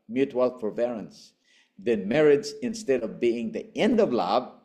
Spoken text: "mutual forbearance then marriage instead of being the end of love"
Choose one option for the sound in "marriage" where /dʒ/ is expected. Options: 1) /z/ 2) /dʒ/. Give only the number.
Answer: 1